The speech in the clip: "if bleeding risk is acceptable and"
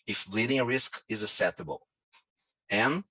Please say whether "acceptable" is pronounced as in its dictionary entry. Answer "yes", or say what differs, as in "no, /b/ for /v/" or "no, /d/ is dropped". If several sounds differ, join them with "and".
no, /k/ is dropped and /p/ is dropped